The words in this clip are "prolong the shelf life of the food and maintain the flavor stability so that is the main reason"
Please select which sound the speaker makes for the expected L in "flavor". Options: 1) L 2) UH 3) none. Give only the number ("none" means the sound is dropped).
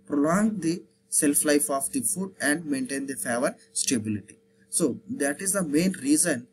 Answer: 3